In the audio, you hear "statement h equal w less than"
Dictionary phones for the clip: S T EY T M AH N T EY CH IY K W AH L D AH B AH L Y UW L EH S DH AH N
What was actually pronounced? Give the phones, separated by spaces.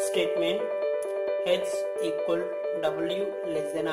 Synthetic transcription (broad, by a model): S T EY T M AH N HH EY S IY K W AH L D AH B AH L Y UW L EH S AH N